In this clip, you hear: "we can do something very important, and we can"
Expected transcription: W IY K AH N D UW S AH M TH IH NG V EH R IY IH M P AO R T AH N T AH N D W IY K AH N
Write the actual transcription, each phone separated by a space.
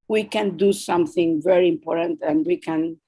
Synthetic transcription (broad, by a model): W IY K AH N D UW S AH M TH IH NG V EH R IY IH M P AO R T AH N T AH N D W IY K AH N